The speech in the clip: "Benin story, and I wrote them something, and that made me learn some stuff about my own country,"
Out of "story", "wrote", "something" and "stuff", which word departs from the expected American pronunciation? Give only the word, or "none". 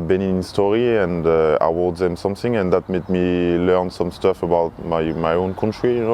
wrote